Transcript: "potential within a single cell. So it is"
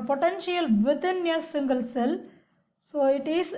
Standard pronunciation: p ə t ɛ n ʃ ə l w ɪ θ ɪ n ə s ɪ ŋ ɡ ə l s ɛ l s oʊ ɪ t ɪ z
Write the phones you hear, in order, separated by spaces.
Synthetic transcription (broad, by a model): p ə t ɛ n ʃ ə l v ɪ t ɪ n ə s ɪ ŋ ɡ ə l s ɛ l s oʊ ɪ t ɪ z